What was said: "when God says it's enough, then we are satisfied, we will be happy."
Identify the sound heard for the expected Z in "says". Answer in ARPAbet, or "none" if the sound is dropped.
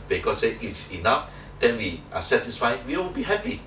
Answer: none